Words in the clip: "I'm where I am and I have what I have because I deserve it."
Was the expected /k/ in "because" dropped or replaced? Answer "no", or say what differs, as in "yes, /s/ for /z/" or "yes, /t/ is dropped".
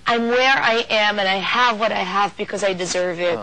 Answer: no